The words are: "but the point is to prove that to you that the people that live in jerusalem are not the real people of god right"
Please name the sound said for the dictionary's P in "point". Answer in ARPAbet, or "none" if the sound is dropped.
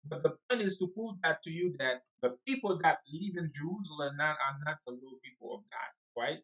P